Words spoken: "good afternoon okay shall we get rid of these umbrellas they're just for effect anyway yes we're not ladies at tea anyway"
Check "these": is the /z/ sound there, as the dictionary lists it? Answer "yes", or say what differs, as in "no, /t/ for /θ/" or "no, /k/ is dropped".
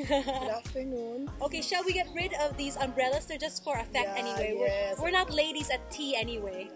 yes